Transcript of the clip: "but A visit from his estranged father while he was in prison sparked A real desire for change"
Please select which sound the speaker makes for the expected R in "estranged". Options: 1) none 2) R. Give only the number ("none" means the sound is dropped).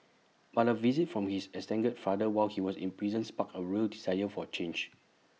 1